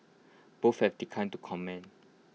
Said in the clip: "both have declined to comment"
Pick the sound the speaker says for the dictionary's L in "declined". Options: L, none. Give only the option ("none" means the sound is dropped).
none